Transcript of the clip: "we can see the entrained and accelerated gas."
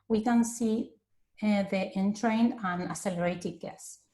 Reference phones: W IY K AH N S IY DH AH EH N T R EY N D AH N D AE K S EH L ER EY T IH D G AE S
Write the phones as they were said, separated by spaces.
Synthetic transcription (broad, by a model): W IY K AH N S IY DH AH EH N T R EY N D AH N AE S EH L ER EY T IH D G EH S